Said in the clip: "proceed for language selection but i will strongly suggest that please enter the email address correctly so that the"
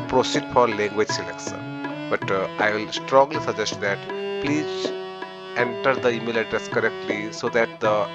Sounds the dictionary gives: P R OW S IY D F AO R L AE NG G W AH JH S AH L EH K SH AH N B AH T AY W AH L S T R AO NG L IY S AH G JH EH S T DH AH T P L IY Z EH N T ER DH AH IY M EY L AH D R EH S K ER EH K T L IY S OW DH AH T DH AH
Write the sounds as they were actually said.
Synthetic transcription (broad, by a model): P R OW S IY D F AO R L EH NG G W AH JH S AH L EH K S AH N B AH T AY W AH L S T R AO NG L IY S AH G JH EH S T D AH T P L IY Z EH N T ER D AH IY M EY L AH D R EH S K ER EH K T L IY S OW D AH T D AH